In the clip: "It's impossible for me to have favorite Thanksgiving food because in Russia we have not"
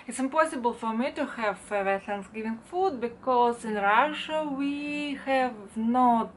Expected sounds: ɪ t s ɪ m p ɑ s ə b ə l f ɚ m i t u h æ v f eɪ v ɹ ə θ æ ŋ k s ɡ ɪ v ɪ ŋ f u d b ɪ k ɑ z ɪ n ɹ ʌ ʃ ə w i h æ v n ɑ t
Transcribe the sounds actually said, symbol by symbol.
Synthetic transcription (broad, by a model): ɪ t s ɪ m p ɑ s ə b ə l f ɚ m i t u h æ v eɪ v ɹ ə t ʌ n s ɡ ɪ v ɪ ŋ f u d b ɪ k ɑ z ɪ n ɹ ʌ ʃ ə w i h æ v n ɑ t